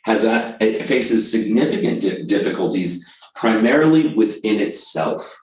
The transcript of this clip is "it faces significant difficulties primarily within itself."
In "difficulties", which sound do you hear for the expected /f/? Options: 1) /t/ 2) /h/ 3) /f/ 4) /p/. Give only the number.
3